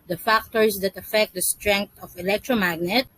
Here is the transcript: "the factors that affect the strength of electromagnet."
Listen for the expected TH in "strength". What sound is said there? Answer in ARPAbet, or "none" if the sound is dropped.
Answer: T